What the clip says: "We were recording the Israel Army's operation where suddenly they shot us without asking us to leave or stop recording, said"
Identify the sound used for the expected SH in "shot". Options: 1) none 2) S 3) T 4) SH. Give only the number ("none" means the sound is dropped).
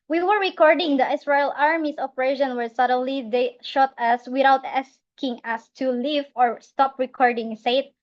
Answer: 4